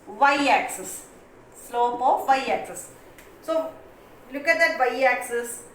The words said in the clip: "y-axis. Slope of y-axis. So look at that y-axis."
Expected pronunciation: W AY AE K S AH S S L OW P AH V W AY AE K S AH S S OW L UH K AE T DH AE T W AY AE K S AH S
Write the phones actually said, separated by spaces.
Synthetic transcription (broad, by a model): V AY AE K S AH S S L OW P AH V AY AE K S AH S S OW L UH K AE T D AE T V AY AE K S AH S